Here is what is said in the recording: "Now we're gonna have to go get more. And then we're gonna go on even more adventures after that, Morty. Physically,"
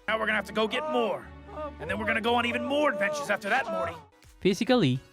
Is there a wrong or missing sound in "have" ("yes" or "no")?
yes